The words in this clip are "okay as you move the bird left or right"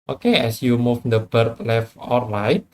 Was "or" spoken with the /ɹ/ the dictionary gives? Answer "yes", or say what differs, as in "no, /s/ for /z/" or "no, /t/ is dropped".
no, /l/ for /ɹ/